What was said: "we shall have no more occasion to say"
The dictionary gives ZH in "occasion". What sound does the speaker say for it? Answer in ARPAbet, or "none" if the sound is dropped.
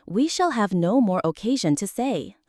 ZH